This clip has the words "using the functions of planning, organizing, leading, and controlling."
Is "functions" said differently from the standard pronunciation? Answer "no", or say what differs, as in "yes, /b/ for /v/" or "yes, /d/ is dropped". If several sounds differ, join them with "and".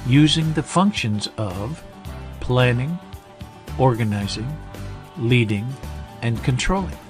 no